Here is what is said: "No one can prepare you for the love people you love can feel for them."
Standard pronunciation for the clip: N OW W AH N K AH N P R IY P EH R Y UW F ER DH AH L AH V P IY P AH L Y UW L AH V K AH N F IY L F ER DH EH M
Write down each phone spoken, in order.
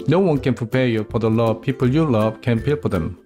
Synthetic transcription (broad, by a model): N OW W AH N K AH N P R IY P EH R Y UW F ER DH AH L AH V P IY P AH L Y UW L AH V K AH N P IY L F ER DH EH M